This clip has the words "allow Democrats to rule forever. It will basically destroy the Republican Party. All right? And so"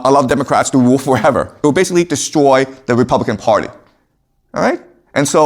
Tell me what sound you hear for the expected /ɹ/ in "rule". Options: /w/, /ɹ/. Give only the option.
/w/